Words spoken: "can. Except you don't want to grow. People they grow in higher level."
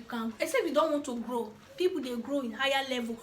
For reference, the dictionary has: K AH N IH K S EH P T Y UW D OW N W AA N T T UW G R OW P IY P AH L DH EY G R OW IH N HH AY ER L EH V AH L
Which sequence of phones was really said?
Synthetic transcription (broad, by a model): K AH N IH S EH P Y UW D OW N W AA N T T UW G R OW P IY P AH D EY G R OW IH N HH AY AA L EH V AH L